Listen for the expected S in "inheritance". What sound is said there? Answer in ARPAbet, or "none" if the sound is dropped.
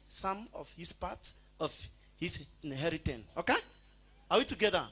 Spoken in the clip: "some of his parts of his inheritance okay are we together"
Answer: none